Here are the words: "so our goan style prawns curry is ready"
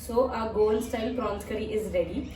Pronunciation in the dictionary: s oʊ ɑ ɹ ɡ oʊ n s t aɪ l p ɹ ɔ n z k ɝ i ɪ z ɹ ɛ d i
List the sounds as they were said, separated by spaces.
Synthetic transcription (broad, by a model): s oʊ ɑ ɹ ɡ oʊ l s t aɪ l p ɹ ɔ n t k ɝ i ɪ z ɹ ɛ d i